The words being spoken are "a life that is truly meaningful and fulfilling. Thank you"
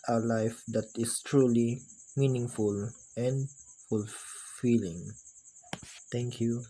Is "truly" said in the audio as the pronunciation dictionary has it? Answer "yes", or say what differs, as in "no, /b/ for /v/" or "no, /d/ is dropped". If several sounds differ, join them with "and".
yes